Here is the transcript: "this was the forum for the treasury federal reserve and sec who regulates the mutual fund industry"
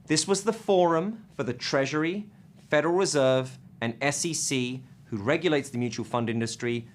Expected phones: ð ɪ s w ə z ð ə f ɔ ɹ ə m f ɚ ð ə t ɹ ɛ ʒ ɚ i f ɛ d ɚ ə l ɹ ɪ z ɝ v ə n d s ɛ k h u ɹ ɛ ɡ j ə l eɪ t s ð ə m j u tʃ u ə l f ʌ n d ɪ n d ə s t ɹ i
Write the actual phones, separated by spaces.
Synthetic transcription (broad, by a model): ð ɪ s w ə z ð ə f ɔ ɹ ə m f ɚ ð ə t ɹ ɛ ʒ ɚ i f ɛ d ɚ ə l ɹ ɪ z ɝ v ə n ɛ s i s h u ɹ ɛ ɡ j ə l eɪ t s ð ə m j u tʃ u ə l f ʌ n d ɪ n d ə s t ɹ i